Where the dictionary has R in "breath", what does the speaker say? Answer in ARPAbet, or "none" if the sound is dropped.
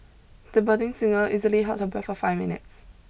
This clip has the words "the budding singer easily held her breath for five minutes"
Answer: none